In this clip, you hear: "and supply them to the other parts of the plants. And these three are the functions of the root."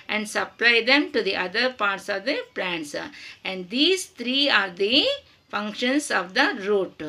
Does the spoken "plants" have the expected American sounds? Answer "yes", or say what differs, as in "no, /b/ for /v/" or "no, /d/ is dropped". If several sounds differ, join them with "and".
yes